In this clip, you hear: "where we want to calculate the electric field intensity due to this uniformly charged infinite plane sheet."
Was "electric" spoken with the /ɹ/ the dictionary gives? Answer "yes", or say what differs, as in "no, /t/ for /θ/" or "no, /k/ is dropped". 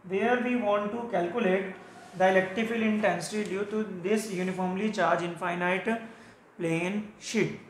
no, /ɹ/ is dropped